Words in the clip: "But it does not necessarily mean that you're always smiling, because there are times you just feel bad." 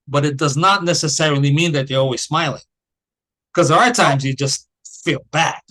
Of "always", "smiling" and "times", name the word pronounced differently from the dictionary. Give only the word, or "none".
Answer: none